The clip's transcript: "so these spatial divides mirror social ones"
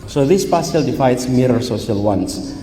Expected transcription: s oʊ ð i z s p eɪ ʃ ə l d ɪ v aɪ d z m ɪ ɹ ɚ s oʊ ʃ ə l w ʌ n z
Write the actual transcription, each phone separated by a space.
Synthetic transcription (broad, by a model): s oʊ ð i s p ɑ s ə l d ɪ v aɪ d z m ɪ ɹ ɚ s oʊ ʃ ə l w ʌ n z